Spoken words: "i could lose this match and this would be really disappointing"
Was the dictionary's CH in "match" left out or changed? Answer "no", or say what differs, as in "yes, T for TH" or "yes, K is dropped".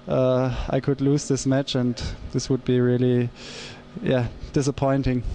no